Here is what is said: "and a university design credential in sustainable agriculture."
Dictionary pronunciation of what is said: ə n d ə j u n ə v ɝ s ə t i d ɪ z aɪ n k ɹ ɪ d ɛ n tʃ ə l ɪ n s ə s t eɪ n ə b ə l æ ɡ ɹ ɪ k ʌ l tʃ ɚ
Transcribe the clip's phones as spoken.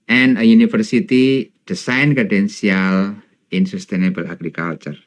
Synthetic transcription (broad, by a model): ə n ə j u n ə f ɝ s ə t i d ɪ s aɪ n k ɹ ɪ d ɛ n s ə l ɪ n s ə s t eɪ n ə b ə l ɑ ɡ ɹ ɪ k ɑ l tʃ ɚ